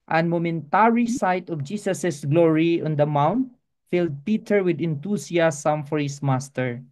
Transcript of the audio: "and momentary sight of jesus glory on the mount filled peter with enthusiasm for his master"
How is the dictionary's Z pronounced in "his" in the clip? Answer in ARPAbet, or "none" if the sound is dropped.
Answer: S